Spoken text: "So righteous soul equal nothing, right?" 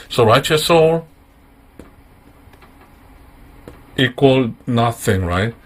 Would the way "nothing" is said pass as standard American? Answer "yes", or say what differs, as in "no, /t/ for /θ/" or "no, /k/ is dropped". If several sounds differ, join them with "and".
yes